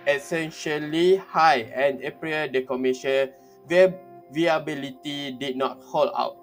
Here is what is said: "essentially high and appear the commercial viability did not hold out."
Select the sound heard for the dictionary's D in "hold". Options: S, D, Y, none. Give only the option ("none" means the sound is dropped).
none